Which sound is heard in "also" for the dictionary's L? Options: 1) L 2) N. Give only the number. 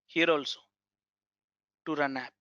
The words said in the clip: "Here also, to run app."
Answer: 1